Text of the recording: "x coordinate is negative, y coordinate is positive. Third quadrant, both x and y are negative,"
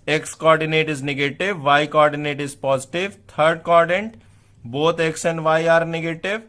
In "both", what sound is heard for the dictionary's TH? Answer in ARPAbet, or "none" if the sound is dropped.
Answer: T